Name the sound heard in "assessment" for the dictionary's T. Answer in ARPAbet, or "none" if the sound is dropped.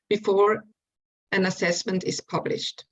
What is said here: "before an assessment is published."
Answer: T